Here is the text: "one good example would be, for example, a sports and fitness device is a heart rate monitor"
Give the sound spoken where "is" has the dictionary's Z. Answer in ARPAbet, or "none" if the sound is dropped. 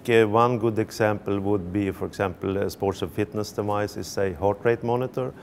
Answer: S